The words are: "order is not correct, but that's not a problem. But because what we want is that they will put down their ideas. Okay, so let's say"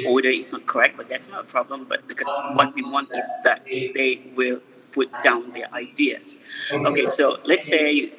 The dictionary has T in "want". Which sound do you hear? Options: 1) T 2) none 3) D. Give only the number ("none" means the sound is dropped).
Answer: 1